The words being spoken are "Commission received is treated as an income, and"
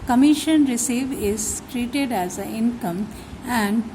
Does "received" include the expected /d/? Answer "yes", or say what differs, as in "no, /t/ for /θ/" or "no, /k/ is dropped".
no, /d/ is dropped